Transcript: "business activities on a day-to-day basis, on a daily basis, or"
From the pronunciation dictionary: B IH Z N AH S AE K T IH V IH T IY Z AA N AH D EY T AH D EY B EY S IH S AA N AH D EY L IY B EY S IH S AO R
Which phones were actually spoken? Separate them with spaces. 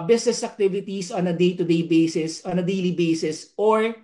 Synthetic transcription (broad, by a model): B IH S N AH S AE K T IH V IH T IY S AA N AH D EY T AH D EY B EY S IH S AA N AH D EY L IY B EY S IH S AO R